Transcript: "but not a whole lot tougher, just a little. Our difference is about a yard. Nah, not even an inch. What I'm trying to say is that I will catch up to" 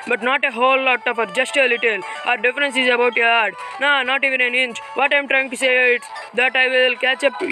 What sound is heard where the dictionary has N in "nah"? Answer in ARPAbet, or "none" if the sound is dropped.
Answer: N